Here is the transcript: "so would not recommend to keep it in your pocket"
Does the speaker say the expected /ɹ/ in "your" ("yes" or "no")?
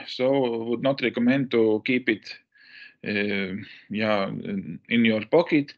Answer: yes